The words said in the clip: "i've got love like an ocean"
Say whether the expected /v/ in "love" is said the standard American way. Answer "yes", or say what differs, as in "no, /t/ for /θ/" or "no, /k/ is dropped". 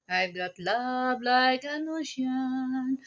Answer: no, /b/ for /v/